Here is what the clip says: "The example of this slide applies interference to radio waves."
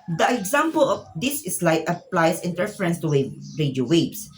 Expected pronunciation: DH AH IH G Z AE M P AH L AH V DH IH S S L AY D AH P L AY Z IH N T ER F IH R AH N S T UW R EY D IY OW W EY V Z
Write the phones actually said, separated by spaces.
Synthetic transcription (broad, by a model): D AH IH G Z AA M P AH L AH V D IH S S L AY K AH P L AY S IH N T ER F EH R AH N S T UW W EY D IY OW W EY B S